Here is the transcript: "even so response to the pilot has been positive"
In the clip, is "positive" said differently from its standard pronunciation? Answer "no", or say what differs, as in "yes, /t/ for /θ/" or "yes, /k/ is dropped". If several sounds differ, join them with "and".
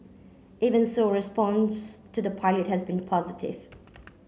no